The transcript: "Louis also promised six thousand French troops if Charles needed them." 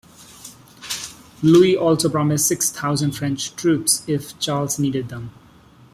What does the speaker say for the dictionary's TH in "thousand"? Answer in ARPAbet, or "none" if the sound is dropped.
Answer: T